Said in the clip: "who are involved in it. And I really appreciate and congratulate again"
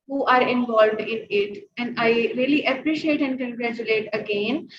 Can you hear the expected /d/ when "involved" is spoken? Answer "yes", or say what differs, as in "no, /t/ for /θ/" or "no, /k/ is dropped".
yes